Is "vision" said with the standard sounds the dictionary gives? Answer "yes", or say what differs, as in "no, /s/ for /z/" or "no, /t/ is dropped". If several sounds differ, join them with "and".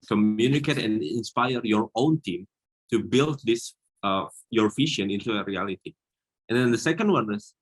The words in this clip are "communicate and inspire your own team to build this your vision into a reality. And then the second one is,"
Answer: no, /f/ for /v/ and /ʃ/ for /ʒ/